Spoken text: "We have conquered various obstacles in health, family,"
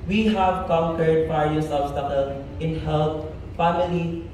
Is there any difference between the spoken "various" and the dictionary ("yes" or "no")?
yes